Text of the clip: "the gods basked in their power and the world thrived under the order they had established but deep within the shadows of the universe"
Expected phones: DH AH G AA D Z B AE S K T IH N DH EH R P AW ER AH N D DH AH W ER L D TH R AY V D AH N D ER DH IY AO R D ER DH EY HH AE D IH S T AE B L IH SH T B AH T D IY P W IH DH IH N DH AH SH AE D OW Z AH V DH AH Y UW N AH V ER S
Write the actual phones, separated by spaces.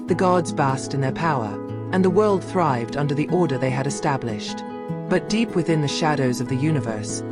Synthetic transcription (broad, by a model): DH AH G AA D Z B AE S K T IH N DH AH R P AW ER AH N DH AH W ER L D TH R AY V D AH N D ER DH IY AO R D ER DH EY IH D IH S T AE B L IH SH T B AH T D IY P W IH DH IH N DH AH SH AE D OW Z AH V DH AH Y UW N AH V ER S